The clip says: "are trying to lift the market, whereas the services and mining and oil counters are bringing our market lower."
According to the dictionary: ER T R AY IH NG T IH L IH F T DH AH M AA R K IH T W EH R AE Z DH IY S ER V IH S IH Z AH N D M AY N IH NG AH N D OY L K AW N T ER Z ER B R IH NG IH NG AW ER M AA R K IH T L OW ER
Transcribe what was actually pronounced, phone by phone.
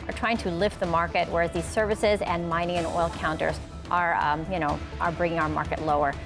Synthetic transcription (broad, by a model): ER T R AY IH NG T IH L IH F T DH AH M AA R K IH T W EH R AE Z DH IY S ER V IH S IH Z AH N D M AY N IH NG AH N OY L K AW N T ER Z ER B R IH NG IH NG AW ER M AA R K IH T L OW ER